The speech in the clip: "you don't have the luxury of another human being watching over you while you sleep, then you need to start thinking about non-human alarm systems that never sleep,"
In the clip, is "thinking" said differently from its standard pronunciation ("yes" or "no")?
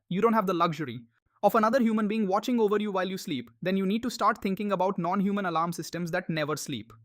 yes